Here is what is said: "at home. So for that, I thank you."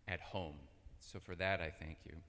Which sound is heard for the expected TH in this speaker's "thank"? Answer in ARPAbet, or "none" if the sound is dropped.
TH